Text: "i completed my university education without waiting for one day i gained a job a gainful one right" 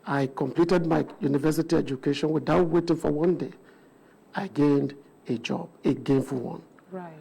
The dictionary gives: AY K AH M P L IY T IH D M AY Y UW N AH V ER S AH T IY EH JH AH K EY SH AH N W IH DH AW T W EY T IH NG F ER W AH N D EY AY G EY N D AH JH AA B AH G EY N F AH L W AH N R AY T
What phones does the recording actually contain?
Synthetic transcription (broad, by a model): AY K AH M P L IY T IH D M AY Y UW N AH V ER S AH T IY EH JH AH K EY SH AH N W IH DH AW T W EY T IH NG F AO W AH N D EY AY G EY N D AH JH AA B AH G EY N F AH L W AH N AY